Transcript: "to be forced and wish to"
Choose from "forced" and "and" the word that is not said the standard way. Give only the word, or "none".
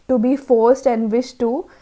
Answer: none